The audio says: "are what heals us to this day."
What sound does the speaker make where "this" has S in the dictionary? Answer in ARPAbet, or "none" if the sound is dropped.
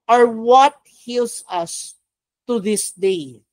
S